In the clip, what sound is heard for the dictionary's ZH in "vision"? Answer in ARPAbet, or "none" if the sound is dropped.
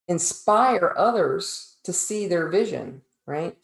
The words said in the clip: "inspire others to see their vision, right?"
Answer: ZH